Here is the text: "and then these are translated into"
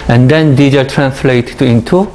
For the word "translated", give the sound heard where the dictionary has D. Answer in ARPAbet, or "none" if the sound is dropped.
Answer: none